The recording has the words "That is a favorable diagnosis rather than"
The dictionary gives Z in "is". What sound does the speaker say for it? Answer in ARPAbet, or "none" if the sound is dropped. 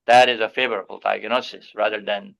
Z